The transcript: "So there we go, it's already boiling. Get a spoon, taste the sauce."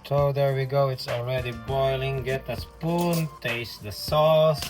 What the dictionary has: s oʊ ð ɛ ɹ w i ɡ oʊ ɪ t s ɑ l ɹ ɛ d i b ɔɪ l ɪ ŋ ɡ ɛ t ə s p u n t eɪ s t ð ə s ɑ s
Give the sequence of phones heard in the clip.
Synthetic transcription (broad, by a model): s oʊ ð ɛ ɹ w i ɡ oʊ ɪ t s ɑ l ɹ ɛ d i b ɔɪ l ɪ ŋ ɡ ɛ t ə s p u n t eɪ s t ð ə s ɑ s